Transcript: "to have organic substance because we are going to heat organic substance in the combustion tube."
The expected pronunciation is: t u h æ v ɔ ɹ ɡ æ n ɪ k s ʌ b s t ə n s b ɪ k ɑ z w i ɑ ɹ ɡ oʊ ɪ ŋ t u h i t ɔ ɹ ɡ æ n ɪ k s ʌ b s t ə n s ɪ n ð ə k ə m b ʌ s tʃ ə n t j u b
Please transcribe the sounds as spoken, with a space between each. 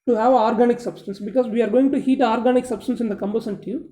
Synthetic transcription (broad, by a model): t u h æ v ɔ ɹ ɡ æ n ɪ k s ʌ b s t ə n s b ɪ k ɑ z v i ɑ ɹ ɡ oʊ ɪ ŋ t u h i t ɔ ɹ ɡ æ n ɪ k s ʌ b s t ə n s ɪ n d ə k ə m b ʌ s ə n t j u